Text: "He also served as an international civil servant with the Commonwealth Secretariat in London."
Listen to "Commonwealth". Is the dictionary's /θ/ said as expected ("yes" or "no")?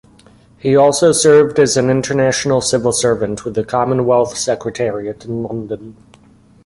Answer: yes